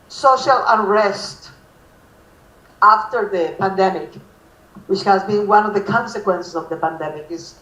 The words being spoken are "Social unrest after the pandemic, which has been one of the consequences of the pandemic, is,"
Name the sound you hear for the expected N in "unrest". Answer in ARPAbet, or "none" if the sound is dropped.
none